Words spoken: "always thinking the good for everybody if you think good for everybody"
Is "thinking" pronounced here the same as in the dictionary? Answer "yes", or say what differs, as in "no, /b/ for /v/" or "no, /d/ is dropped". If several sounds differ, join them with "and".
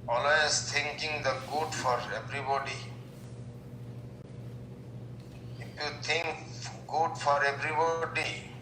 no, /t/ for /θ/